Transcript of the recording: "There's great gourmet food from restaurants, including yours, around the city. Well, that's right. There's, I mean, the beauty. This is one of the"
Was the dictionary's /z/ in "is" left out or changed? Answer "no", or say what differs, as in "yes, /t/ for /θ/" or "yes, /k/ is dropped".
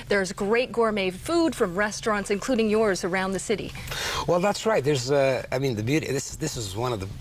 no